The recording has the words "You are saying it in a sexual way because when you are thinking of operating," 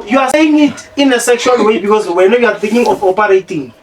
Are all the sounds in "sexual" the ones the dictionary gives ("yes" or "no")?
yes